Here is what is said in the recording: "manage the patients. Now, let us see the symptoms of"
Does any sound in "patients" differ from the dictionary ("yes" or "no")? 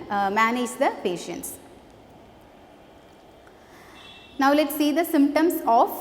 no